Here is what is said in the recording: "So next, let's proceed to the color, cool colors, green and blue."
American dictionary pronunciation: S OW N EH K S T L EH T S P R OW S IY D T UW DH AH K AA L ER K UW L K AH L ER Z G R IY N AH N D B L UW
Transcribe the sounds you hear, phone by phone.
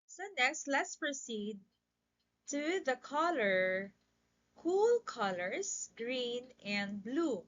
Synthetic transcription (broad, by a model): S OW N EH K S T L EH T S P R OW S IY D T UW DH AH K AA L ER K UW L K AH L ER S G R IY N AH N D B L UW